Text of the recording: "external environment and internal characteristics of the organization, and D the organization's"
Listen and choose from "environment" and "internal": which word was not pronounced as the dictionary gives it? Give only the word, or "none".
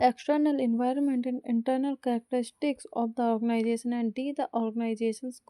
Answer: none